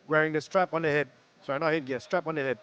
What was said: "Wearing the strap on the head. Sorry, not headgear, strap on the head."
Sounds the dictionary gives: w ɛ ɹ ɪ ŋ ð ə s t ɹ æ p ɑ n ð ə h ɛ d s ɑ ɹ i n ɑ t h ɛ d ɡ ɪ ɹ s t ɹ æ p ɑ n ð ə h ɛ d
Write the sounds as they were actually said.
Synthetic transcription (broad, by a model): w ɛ ɹ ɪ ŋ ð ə s t ɹ æ p ɑ n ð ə h ɛ d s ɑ i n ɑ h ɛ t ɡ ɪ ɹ s t ɹ æ p ɑ n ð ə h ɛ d